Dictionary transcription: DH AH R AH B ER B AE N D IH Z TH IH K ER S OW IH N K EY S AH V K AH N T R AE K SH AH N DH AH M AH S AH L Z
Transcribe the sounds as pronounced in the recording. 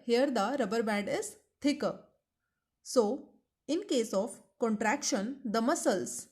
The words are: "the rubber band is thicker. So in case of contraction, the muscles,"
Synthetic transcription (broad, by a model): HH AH R AH B ER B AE D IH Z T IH K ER S OW IH N K EY S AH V K AH N T R AE K SH AH N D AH M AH S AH L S